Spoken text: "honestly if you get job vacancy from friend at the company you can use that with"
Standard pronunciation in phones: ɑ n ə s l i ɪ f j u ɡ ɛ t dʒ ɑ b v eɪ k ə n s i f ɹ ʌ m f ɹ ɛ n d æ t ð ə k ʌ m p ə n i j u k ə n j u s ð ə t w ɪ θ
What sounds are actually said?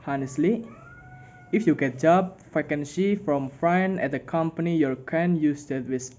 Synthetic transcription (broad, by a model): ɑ n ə s l i ɪ f j u ɡ ɛ t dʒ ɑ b f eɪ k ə n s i f ɹ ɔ m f ɹ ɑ n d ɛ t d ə k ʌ m p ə n i j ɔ k ə n j u s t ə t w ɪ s